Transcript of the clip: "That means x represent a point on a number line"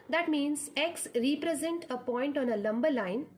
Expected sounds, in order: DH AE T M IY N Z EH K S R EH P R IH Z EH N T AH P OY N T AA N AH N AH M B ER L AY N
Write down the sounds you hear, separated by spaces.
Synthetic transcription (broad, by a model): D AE T M IY N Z EH K S R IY P R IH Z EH N T AH P OY N T AA N AH L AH M B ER L AY N